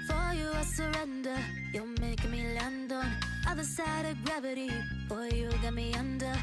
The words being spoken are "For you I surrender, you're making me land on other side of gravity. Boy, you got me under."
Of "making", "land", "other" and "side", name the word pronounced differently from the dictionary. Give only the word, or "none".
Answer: making